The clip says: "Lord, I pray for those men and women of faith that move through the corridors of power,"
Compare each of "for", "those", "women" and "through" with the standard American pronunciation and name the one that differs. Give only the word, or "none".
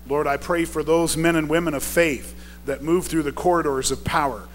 none